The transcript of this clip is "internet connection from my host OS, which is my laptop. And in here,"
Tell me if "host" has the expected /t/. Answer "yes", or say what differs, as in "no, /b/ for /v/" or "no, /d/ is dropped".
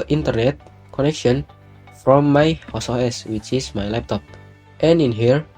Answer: no, /t/ is dropped